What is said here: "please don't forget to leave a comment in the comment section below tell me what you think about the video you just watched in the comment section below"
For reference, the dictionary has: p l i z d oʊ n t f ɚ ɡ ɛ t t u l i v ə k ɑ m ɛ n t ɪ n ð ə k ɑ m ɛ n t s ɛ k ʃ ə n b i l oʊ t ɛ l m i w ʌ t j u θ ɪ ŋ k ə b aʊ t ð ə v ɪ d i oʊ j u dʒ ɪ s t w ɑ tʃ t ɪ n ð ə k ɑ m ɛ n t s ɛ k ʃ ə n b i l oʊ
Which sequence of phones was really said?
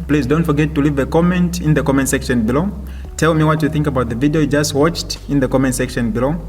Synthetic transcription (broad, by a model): p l i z d oʊ n t f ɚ ɡ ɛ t t u l i v ə k ɑ m ɛ n t ɪ n ð ə k ɑ m ɛ n t s ɛ k ʃ ə n b i l oʊ t ɛ l m i w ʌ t j u θ ɪ ŋ k ə b aʊ t ð ə v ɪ d i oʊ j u dʒ ɪ s t w ɑ tʃ t ɪ n ð ə k ɑ m ɛ n t s ɛ k ʃ ə n b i l oʊ